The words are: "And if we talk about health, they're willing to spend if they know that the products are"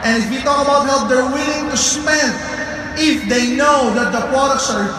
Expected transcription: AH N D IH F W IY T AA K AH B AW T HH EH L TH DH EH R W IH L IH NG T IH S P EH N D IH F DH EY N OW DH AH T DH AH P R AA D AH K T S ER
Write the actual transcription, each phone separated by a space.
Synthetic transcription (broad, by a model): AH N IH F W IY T AA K AH B AW T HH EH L T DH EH R W IH L IH NG T IH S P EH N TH IH F DH EY N OW DH AH T DH AH P R AA D AH K T S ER